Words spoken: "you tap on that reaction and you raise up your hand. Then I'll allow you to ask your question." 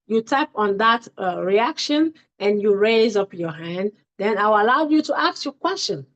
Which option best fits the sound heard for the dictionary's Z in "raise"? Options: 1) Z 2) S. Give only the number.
1